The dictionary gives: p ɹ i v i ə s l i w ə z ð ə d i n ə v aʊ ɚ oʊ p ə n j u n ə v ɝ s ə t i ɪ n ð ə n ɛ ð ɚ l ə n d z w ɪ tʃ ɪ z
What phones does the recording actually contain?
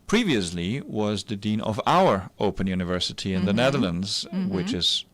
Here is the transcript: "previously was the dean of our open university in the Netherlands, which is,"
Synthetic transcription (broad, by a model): p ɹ i v i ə s l i w ə z ð ə d i n ə v aʊ ɚ oʊ p ə n j u n ə v ɝ s ə t i ɪ n ð ə n ɛ ð ɚ l ə n d z w ɪ tʃ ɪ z